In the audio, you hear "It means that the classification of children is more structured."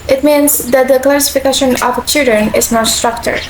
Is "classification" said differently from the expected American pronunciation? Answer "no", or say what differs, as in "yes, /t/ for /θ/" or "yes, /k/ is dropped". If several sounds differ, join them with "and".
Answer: no